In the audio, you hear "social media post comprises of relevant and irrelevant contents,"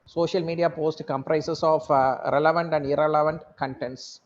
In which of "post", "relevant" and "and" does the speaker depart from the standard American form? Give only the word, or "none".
none